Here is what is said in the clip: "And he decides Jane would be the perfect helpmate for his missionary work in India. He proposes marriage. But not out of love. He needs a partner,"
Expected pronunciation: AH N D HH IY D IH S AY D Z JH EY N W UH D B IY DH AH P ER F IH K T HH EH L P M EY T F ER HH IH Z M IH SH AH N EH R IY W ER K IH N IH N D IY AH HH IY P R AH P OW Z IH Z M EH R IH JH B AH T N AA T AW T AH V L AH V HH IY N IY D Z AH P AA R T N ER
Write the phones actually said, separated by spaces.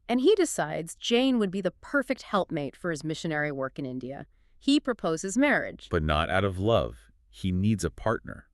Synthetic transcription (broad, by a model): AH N IY D IH S AY D Z JH EY N W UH D B IY DH AH P ER F IH K T HH EH L P M EY T F ER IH Z M IH SH AH N EH R IY W ER K IH N IH N D IY AH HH IY P R AH P OW Z IH Z M EH R IH JH B AH T N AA T AW T AH V L AH V HH IY N IY D Z AH P AA R T N ER